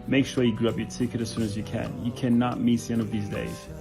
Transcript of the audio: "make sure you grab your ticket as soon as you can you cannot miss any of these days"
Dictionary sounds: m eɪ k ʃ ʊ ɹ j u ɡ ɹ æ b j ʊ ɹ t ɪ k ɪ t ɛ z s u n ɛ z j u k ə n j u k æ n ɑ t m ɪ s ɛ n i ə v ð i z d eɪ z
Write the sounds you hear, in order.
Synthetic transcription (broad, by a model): m eɪ k ʃ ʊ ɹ j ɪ ɡ ɹ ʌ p j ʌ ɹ t ɪ k ɪ t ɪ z s u n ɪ z j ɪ k ə n j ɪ k æ n ɑ t m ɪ s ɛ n ə v ð i z d eɪ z